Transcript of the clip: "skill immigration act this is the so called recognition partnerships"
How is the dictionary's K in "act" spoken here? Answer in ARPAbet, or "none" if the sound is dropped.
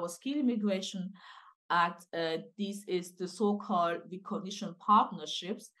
none